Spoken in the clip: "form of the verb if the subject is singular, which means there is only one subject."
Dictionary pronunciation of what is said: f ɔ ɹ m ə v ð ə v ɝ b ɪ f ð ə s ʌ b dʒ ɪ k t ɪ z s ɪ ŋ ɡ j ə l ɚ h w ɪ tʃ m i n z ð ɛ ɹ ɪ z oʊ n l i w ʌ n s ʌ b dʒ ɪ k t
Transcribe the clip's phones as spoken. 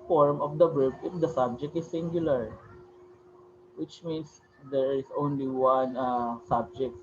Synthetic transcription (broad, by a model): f ɔ ɹ m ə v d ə b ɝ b ɪ f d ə s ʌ b dʒ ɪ k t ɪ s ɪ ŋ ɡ j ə l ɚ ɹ w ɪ tʃ m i n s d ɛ ɹ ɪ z oʊ n l i w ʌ n s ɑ b dʒ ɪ k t